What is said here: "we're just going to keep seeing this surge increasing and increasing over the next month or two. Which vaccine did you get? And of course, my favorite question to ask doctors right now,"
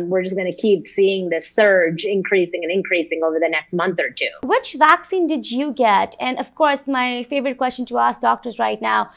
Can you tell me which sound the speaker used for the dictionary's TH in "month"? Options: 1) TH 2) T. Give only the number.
1